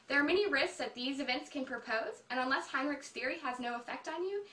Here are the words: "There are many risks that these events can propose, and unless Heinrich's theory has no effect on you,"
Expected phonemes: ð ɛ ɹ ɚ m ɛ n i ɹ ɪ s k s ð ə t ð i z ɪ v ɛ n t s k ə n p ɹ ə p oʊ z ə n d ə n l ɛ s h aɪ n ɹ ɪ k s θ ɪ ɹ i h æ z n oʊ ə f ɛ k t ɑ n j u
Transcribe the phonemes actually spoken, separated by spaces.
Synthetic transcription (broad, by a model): ð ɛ ɹ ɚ m ɛ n i ɹ ɪ s k s ð ə t ð i z ɪ v ɛ n t s k ə n p ɹ ə p oʊ z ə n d ə n l ɛ s h aɪ n ɹ ɪ k s θ ɪ ɹ i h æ z n oʊ ə f ɛ k t n j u